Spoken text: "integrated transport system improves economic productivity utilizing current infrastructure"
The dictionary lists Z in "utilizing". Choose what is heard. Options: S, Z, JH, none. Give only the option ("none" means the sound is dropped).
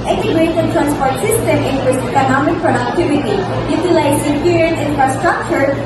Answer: S